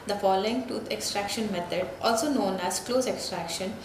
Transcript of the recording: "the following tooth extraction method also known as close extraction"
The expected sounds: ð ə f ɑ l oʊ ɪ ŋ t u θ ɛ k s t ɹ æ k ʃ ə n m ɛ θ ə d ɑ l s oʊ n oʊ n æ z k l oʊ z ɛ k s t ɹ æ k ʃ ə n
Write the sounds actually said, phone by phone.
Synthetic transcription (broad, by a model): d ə f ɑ l oʊ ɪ ŋ t u t ɛ k s t ɹ æ k ʃ ə n m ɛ t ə d ɑ l s oʊ n oʊ n æ z k l oʊ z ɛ k s t ɹ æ k ʃ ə n